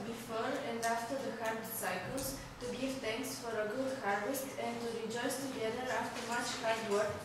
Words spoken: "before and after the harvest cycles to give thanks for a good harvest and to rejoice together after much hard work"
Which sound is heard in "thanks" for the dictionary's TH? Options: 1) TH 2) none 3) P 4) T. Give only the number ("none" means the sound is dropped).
4